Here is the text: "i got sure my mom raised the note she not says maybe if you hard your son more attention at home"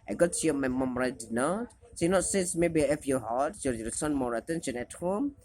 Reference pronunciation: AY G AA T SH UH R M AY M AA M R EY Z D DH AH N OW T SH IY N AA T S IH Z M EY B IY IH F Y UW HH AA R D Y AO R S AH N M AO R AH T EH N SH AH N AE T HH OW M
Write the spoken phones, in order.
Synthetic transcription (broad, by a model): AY G AA T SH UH M AY M AA M R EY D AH N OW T S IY N AA T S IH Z M EY B IY IH F Y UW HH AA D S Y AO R S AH N M AO R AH T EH N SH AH N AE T HH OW M